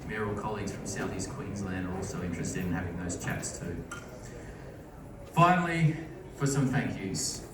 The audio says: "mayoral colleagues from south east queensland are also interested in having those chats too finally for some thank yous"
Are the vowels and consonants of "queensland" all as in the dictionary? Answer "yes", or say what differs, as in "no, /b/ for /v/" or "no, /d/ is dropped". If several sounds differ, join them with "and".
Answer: yes